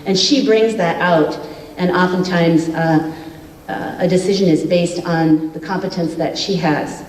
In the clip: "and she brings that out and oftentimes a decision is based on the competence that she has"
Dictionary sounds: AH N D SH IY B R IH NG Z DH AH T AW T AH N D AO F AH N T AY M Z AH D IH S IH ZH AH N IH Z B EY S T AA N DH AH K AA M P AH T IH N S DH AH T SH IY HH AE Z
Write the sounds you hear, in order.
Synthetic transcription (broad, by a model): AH N SH IY B R IH NG Z DH AH T AW T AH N AO F AH N T AY M Z AH D IH S IH ZH AH N IH Z B EY S T N DH AH K AA M P AH T IH N S DH AH T SH IY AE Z